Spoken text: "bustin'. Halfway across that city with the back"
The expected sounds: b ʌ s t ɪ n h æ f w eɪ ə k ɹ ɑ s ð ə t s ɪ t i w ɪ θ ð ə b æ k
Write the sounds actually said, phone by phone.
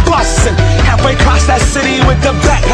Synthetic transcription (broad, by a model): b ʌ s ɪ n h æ w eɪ ə k ɹ ɑ s ð ə t s ɪ t i w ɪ ð ə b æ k